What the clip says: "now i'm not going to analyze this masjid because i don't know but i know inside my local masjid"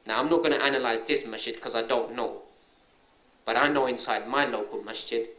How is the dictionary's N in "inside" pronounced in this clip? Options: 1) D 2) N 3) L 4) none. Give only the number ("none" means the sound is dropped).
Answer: 2